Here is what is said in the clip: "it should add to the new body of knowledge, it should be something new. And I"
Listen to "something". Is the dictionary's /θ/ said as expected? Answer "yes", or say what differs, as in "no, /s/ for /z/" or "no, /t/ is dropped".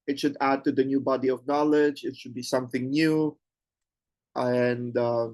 yes